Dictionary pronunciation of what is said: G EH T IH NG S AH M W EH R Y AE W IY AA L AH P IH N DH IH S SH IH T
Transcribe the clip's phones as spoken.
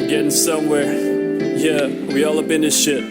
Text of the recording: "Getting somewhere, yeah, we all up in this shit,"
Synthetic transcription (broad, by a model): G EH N S AH M W EH R Y AE W IY AA L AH B IH N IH SH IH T